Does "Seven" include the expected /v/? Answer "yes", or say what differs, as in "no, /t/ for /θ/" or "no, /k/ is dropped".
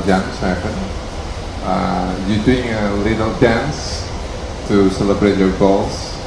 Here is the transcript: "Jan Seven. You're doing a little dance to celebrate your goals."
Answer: no, /p/ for /v/